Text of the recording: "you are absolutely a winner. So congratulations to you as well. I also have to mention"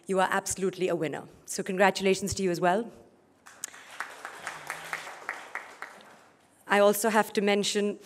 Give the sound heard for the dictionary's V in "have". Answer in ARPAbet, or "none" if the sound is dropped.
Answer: F